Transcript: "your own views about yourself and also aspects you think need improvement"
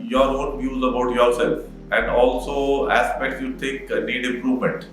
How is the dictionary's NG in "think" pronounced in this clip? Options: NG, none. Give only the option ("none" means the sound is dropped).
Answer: none